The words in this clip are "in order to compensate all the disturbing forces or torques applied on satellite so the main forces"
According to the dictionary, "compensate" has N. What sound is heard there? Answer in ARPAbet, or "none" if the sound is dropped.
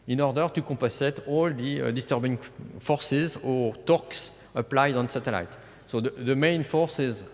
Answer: none